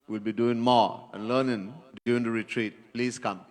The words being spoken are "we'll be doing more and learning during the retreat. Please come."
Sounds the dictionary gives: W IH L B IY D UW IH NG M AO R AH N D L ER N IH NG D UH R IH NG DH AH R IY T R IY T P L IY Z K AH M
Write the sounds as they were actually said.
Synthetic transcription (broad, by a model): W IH L B IY D UW IH NG M AO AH N L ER N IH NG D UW IH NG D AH R IY T R IY T P L IY S K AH M